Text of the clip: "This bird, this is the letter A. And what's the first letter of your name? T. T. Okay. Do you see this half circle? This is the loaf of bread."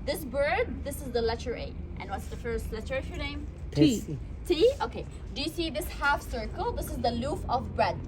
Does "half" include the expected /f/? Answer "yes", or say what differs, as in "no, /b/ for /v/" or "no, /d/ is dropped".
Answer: yes